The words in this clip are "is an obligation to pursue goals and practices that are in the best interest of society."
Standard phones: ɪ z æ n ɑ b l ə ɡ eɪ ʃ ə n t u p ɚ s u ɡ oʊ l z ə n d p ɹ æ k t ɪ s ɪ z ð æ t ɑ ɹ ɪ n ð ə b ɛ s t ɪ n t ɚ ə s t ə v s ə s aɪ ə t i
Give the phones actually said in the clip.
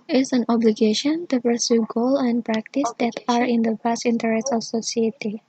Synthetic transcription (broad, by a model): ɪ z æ n ɑ b l ə ɡ eɪ ʃ ə n t u p ɚ s u ɡ oʊ l ə n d p ɹ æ k t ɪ s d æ t ɑ ɹ ɪ n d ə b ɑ s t ɪ n t ɚ ə s t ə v s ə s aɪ t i